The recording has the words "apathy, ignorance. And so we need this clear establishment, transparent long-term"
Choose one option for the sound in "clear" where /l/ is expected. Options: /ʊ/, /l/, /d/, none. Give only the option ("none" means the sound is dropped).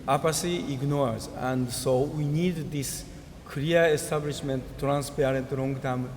none